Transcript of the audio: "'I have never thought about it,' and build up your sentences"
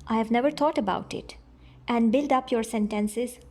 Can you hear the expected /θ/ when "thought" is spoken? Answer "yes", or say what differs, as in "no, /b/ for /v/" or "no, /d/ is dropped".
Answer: no, /t/ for /θ/